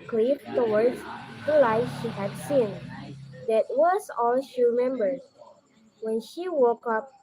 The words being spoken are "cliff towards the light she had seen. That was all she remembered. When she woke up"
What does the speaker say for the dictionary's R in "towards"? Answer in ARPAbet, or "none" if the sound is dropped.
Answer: W